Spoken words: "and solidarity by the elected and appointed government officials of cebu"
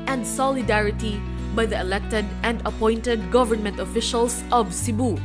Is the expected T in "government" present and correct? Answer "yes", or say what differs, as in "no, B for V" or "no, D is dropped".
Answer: yes